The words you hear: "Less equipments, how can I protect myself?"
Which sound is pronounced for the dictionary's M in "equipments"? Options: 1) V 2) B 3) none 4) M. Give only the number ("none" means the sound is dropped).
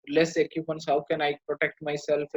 3